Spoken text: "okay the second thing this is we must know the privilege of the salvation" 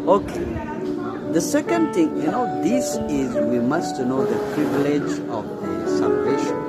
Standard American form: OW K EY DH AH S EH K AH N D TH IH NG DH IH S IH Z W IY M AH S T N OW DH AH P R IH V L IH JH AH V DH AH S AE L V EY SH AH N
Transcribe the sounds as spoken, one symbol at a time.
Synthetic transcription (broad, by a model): OW K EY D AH S EH K AH N D T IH NG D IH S IH Z W IY M AH S T N OW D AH P R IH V L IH JH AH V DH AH S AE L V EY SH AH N